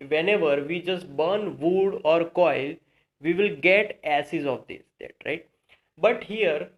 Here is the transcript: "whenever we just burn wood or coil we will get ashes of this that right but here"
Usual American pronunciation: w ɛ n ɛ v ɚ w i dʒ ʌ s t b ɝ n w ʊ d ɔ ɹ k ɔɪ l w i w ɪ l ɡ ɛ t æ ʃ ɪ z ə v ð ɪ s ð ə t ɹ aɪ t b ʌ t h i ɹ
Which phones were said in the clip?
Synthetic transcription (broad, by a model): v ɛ n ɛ v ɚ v i dʒ ʌ s t b ɝ n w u d ɔ ɹ k ɔɪ l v i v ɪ l ɡ ɛ t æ s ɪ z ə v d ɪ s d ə t ɹ aɪ t b ʌ t h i ɹ